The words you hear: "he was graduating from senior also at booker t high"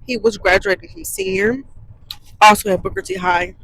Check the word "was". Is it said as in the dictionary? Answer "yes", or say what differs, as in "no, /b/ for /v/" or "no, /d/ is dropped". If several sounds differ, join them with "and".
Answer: yes